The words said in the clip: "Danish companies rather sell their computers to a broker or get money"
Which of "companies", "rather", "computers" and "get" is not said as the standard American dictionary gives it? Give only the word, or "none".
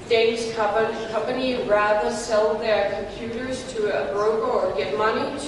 companies